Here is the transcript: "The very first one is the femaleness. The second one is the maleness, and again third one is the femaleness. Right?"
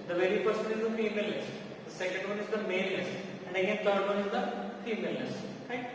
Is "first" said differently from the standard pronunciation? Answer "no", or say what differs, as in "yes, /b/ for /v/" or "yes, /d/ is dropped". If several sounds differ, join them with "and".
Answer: yes, /p/ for /f/